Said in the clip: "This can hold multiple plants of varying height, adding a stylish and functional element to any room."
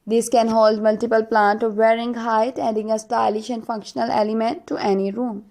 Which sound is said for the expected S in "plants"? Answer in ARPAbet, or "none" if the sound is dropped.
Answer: none